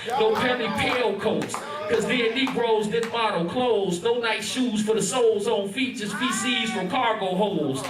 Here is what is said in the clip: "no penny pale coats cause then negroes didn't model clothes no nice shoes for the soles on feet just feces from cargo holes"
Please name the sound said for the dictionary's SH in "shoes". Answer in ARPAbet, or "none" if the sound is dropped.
SH